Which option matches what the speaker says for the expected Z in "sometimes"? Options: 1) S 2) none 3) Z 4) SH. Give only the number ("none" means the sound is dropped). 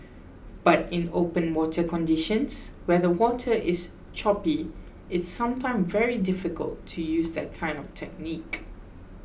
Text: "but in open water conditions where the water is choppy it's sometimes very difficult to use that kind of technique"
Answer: 2